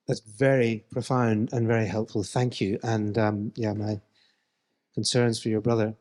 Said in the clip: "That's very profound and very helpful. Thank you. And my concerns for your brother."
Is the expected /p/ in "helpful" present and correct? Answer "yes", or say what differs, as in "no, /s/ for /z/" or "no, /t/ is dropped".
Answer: yes